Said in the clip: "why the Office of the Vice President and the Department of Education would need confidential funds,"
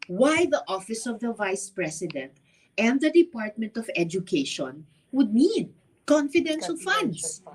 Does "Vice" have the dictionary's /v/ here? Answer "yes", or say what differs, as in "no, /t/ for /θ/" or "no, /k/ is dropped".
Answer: yes